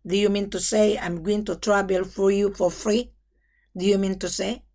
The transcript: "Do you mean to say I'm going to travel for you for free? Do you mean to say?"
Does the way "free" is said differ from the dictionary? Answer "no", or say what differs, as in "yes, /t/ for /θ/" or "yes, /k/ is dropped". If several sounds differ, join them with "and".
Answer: no